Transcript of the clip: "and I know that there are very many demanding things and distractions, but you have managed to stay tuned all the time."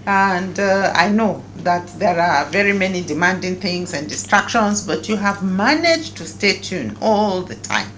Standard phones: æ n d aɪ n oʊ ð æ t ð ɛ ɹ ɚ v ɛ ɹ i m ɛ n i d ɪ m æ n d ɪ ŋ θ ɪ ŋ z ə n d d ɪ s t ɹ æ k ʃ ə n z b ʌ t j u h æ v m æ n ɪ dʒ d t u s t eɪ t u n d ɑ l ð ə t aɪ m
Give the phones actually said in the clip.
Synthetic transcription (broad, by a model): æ n d aɪ n oʊ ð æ t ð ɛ ɹ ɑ v ɛ ɹ i m ɛ n i d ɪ m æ n d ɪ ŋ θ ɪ ŋ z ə n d d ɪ s t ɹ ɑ k ʃ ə n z b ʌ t j u h æ v m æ n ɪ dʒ t u s t eɪ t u n ɑ l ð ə t aɪ m